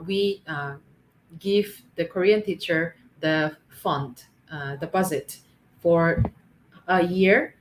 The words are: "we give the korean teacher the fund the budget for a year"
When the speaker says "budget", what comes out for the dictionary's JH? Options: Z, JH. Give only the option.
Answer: Z